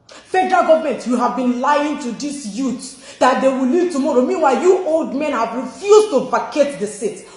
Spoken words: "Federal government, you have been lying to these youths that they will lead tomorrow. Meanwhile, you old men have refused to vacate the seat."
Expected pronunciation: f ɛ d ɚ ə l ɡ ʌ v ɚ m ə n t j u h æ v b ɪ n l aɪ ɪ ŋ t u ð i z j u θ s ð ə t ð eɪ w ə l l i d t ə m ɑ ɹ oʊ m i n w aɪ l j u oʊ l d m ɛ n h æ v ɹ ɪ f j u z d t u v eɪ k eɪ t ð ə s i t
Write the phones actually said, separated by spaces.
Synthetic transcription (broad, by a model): f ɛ d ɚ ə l ɡ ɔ v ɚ m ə n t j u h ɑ v b ɪ n l aɪ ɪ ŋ t u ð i s j u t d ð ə t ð eɪ w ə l l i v t ə m ɑ ɹ oʊ m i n w aɪ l j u oʊ l d m ɛ n h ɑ v ɹ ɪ f j u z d t u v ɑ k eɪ t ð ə s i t